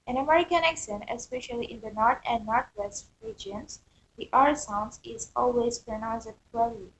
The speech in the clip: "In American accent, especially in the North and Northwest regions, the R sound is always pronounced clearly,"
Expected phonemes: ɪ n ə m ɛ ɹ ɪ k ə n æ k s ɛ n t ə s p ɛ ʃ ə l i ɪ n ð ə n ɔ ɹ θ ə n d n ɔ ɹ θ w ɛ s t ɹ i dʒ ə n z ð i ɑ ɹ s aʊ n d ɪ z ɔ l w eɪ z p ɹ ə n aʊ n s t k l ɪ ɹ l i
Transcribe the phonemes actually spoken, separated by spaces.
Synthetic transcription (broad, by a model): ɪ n ə m ɛ ɹ ɪ k ə n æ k s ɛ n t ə s p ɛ ʃ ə l i ɪ n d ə n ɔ ɹ t ə n d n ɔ ɹ t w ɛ s t ɹ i dʒ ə n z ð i ɑ ɹ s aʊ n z ɪ z ɔ l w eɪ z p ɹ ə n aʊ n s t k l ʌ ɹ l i